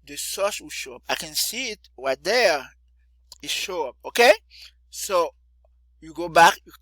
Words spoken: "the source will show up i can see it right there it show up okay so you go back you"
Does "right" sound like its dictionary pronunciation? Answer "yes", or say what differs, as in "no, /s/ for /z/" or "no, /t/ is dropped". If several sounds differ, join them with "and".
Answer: no, /w/ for /ɹ/